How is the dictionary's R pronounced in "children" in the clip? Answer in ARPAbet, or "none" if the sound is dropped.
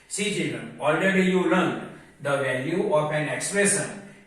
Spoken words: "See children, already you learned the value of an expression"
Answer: R